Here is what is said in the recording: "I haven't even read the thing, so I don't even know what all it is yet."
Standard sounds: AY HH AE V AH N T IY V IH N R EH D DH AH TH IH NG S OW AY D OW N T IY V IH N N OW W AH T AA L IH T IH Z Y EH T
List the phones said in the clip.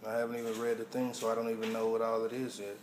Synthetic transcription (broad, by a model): AY HH AE V AH N T IY V IH N R EH D DH AH TH IH NG S OW AY D OW N T IY V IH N N OW W AH T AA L IH T IH Z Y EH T